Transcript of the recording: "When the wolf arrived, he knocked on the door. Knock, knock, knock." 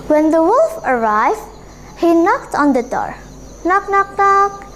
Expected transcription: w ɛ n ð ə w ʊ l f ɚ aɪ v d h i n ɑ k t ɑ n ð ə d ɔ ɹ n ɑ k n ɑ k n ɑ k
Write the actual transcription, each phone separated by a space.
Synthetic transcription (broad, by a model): w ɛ n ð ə w ʊ l f ɚ aɪ v d h i n ɑ k t ɑ n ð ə d ɔ ɹ n ɑ k n ɑ k n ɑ k